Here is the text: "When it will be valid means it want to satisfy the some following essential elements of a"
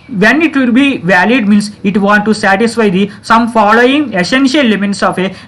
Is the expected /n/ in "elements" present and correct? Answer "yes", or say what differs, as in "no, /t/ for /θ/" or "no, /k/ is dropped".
no, /n/ is dropped